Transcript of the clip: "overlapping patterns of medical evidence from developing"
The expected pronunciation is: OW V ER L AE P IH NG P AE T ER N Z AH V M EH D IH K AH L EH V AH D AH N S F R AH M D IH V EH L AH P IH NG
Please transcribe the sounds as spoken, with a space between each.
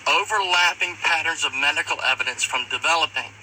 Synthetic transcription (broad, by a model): OW V ER L AE P IH NG P AE T ER N Z AH V M EH D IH K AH L EH V AH D AH N S F R AH M D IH V EH L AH P IH NG